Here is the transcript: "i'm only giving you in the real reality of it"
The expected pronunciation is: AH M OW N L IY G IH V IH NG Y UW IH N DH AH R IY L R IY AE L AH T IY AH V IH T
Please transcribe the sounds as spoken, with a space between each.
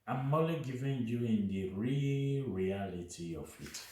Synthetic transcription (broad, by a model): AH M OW L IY G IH V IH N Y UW IH N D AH R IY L R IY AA L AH T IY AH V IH T